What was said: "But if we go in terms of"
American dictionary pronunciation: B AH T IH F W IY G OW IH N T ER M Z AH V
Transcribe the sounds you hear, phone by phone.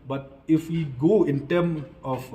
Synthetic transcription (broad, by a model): B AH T IH F W IY G OW IH N T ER M AH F